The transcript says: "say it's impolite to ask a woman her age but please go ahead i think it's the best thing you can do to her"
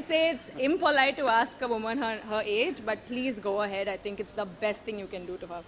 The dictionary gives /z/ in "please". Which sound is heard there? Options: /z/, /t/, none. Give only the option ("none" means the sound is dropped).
/z/